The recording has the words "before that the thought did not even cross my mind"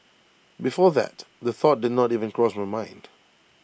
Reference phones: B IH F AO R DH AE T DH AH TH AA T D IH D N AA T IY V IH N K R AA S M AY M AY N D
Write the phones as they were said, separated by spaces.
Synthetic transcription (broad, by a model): B IH F AO R DH AE T DH AH TH AA T D IH D N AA T IY V IH N K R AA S M AY M AY N D